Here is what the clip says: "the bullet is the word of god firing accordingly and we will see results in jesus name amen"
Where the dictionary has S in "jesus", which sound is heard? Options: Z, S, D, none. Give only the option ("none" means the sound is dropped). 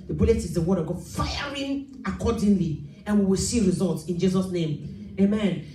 S